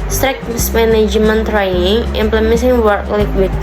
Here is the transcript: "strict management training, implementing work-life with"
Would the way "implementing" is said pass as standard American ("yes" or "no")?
no